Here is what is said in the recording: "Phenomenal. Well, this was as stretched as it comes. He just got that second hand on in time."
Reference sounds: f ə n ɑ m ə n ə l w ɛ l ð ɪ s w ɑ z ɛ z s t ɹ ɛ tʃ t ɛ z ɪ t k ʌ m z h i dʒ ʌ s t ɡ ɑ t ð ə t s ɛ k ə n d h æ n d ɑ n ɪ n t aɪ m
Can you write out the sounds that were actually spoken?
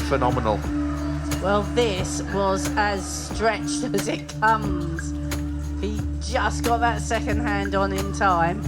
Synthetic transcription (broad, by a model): f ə n ɑ m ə n ə l w ɛ l ð ɪ s w ɑ z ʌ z s t ɹ ɛ tʃ t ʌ z ɪ t k ʌ m z h i dʒ ʌ s ɡ ɑ t ð ə t s ɛ k ə n d h æ n d n ɪ n t aɪ m